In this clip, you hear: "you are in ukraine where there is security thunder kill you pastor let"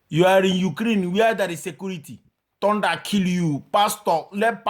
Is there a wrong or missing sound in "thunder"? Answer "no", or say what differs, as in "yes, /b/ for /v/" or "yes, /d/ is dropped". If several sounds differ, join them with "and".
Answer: yes, /t/ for /θ/